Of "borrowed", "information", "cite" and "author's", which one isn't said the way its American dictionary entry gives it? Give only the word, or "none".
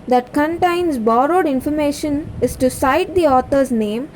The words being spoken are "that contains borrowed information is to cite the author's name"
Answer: author's